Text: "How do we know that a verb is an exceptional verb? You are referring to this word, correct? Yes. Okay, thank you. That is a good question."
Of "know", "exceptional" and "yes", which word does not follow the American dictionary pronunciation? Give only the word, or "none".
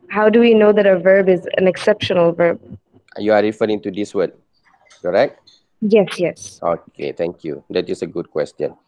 none